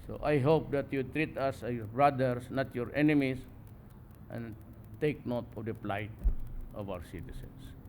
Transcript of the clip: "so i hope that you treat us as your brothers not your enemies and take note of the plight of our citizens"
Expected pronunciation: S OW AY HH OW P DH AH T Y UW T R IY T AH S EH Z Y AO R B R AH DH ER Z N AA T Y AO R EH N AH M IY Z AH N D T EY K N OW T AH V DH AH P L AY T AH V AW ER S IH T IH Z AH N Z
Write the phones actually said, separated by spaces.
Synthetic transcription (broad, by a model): S OW AY HH OW P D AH T Y UW T R IY T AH S Y AO R B R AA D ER S N AA T Y AO R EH N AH M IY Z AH N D T EY K N OW T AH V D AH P L AY T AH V AW ER S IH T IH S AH N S